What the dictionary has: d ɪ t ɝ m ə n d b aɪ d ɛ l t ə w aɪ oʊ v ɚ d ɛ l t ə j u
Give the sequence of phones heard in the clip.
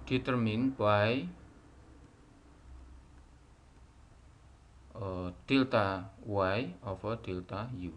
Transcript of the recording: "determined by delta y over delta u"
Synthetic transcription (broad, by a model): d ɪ t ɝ m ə n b aɪ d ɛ l t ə w aɪ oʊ f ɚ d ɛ l t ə j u